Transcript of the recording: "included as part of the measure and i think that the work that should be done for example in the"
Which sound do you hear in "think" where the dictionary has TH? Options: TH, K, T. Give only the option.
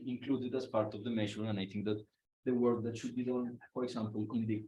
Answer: T